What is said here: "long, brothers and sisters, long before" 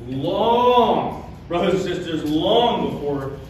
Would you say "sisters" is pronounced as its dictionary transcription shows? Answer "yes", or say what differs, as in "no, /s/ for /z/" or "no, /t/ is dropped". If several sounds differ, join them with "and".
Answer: yes